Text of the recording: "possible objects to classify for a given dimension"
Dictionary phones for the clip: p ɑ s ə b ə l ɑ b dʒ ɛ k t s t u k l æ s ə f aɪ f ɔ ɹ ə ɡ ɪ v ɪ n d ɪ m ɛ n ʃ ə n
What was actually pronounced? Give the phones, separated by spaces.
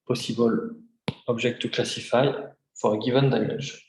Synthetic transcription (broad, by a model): p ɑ s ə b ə l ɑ b ʒ ɛ k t t u k l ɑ s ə f aɪ f ɔ ɹ ə ɡ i v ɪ n d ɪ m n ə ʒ